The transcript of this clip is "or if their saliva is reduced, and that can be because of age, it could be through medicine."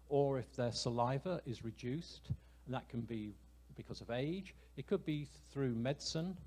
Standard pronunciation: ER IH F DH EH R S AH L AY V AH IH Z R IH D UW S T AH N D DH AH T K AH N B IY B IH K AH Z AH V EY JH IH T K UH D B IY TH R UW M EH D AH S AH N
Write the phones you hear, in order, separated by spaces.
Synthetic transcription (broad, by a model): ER IH F DH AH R S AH L AY V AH IH Z R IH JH UW S T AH N DH AH T K AH N B IY B IH K AH Z AH V EY JH IH T K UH D B IY TH R UW M EH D S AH N